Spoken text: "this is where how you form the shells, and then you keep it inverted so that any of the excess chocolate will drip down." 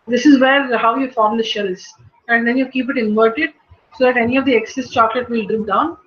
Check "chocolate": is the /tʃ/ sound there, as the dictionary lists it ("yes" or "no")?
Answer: yes